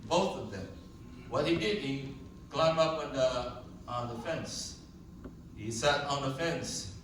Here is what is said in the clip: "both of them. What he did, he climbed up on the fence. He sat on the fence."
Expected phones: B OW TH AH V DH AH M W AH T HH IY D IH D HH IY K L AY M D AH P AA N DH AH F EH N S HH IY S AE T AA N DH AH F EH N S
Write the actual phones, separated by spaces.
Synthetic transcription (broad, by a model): B OW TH AH V DH AH M W AH T HH IY D IH D HH IY K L AY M AH P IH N DH AH F EH N S HH IY S AE T N DH AH F EH N S